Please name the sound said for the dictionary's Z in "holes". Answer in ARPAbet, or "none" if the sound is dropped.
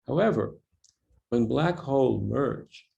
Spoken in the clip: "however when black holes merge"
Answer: none